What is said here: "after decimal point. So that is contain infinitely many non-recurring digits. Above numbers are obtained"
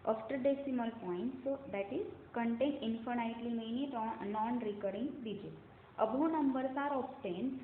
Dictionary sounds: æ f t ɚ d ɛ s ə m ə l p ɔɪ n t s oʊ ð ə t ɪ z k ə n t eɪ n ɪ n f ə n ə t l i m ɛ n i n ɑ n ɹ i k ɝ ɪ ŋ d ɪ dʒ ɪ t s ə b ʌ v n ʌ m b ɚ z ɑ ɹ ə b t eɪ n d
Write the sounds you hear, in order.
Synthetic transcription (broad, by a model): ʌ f t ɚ d ɛ s ə m ə l p ɔɪ n t s oʊ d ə t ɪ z k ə n t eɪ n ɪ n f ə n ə t l i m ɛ n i n ɑ n ɹ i k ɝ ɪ ŋ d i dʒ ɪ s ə b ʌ n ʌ m b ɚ s ɑ ɹ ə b t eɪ n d